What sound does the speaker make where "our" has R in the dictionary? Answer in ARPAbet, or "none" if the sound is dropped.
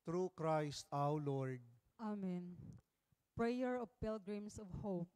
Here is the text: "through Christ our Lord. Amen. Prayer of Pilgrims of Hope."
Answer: W